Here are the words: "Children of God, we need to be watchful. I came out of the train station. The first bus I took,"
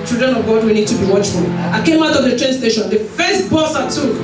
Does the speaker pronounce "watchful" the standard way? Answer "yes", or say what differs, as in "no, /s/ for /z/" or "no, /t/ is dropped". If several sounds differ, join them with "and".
yes